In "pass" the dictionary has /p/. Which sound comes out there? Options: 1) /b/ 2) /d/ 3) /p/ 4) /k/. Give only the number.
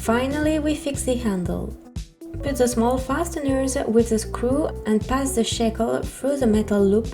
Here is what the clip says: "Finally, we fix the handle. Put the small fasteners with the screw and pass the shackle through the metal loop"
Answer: 3